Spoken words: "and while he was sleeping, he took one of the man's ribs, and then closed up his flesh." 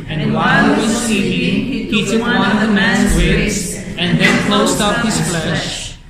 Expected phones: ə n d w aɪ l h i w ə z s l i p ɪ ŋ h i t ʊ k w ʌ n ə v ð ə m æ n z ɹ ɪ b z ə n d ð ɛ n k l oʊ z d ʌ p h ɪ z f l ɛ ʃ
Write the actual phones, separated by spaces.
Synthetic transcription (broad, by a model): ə n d w aɪ l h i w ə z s i ɪ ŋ h i t ʊ k w ʌ n ə v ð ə m æ n z w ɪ z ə n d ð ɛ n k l oʊ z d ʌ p h ɪ z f l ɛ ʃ